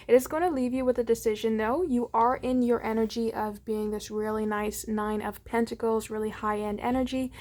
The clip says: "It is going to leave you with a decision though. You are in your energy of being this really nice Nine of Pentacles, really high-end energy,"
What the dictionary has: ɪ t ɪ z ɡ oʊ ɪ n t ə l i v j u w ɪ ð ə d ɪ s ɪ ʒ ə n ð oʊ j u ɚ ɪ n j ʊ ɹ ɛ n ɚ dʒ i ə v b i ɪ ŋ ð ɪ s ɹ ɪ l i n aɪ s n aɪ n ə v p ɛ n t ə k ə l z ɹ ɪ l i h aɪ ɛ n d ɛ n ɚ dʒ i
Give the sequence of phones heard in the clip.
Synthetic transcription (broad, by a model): ɪ t ɪ z ɡ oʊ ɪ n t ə l i v j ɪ w ɪ ð ə d ɪ s ɪ ʒ ə n ð oʊ j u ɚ ɪ n j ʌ ɹ ɛ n ɚ dʒ i ə v b i ɪ ŋ ð ɪ s ɹ ɪ l i n aɪ s n aɪ n ə v p ɛ n t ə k l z ɹ ɪ l i h aɪ ɛ n d ɛ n ɚ dʒ i